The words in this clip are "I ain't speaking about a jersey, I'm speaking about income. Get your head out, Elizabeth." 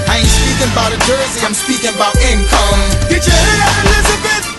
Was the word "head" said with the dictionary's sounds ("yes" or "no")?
no